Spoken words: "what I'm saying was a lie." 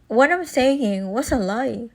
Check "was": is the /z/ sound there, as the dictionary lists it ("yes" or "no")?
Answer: no